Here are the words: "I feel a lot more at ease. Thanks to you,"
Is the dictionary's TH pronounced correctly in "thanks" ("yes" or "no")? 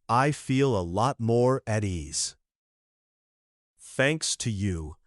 yes